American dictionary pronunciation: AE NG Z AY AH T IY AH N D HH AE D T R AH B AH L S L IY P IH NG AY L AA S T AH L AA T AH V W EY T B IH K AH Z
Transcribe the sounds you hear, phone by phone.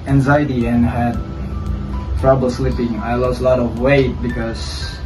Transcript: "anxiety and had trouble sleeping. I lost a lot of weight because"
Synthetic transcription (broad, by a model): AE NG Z AY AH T IY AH N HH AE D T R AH B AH L S L IY P IH NG AY L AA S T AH L AA T AH V W EY T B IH K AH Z